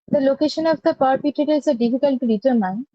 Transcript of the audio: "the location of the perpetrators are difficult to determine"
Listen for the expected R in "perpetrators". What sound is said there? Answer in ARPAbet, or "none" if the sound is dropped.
none